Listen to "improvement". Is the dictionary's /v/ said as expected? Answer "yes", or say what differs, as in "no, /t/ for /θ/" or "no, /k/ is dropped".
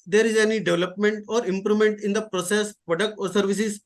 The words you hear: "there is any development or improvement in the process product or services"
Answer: no, /v/ is dropped